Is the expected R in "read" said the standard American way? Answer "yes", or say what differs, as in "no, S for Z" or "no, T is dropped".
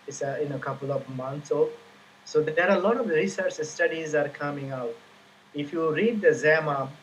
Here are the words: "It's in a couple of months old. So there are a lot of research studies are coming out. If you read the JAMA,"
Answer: yes